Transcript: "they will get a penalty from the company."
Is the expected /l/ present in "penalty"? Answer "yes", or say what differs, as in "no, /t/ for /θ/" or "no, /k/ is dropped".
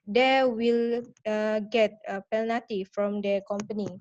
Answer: no, /l/ is dropped